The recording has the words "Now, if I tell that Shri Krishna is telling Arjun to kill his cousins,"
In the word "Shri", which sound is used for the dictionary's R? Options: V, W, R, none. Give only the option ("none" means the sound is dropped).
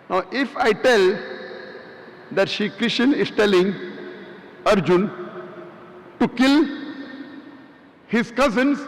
none